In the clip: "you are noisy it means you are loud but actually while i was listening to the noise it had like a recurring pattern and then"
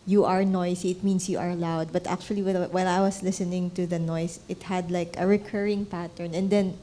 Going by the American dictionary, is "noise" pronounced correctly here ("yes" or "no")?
no